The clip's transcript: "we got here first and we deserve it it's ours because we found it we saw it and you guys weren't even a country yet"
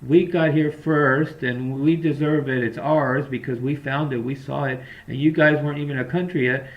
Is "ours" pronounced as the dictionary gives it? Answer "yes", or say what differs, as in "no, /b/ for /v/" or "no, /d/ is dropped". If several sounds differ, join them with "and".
yes